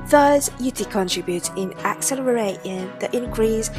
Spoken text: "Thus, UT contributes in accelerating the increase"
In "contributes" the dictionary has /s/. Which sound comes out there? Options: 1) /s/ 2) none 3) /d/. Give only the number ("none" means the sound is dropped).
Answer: 2